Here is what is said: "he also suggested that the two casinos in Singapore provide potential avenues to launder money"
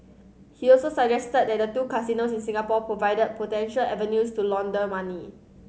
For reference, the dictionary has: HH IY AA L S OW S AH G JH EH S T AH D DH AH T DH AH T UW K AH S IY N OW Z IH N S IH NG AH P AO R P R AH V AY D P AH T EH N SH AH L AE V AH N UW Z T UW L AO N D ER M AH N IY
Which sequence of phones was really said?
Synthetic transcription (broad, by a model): HH IY AA L S OW S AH JH EH S T AH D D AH T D AH T UW K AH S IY N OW S IH N S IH NG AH P AO P R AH V AY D P AH T EH N SH AH L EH V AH N UW S T UW L AO N D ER M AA N IY